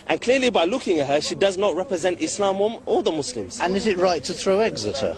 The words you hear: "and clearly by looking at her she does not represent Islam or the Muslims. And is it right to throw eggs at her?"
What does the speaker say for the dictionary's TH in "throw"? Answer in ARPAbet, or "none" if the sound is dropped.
TH